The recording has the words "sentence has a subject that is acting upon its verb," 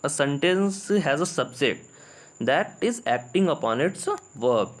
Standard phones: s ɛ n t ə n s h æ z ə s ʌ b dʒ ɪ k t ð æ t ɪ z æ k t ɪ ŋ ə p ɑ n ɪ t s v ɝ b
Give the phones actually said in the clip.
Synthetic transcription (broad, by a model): s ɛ n t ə n s h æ z ə s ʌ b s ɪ t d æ t ɪ z æ k t ɪ ŋ ə p ɑ n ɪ t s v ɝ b